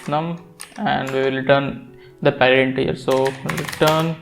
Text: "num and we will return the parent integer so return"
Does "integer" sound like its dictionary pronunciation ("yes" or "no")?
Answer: no